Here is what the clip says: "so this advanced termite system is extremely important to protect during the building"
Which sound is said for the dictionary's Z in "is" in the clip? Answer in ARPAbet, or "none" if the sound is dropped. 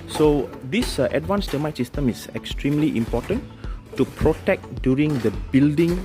S